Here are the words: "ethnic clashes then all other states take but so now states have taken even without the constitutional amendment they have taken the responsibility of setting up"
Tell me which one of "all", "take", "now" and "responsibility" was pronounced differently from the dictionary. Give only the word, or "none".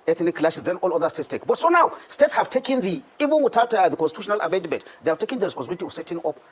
responsibility